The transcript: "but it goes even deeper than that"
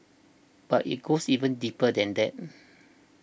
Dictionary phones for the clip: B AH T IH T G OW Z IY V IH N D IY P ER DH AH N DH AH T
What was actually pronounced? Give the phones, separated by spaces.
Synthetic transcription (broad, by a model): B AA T IH T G OW S IY V IH N D IY P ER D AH N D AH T